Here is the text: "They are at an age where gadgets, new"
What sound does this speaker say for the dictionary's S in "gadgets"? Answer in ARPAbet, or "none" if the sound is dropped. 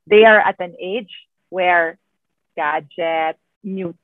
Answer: none